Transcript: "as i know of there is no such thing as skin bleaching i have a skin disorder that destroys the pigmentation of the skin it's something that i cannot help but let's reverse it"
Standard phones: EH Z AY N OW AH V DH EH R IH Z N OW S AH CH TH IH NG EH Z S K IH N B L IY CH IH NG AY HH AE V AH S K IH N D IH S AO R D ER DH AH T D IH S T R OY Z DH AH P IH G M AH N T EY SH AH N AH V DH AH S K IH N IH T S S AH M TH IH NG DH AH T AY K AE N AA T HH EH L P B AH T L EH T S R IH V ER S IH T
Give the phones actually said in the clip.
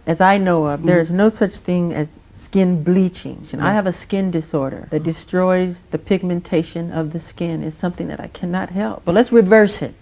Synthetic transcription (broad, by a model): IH Z AY N OW AH V DH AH R IH Z N OW S AH CH TH IH NG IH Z S K IH N B L IY CH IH NG AY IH V AH S K IH N D IH S AO R D ER DH AH T D IH S T R OY Z DH AH P IH G M AH N T EY SH AH N AH V DH AH S K IH N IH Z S S AH M TH IH NG DH AH T AY K AE N AA T HH EH L P B AH T L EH T S R IH V ER S IH T